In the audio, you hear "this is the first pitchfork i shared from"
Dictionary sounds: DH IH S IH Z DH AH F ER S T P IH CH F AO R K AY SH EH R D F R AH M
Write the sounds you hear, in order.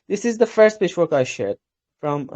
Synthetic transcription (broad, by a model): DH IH S IH Z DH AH F ER S T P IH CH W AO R K AY SH EH R D F R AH M